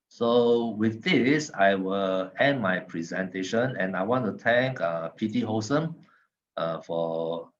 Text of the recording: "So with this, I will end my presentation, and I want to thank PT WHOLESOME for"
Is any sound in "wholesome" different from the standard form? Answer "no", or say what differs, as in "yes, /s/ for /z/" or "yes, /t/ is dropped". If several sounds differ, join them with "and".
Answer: yes, /l/ is dropped